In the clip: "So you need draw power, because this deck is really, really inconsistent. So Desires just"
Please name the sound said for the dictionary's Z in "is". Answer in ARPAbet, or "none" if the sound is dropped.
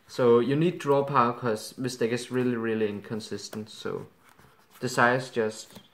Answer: S